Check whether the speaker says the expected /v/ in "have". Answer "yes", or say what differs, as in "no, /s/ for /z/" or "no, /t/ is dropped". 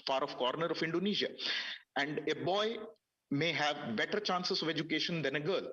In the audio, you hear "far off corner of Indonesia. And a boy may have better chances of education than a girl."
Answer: yes